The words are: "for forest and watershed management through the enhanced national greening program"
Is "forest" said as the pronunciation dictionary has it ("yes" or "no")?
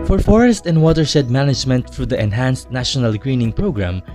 yes